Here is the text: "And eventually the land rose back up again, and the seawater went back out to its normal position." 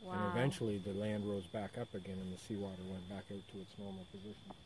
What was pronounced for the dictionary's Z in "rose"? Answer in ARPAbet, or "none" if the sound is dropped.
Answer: Z